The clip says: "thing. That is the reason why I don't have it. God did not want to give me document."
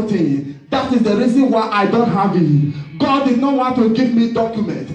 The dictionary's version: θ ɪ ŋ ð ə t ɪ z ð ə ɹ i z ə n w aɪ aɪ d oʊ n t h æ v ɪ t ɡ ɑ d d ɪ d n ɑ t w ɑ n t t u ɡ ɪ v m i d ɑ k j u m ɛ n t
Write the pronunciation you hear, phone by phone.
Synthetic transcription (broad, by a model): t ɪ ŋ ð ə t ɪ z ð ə ɹ i z ə n w aɪ aɪ d oʊ n t h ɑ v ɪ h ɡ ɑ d d ɪ d n ɑ t w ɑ n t t u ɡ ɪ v m i d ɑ k j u m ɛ n t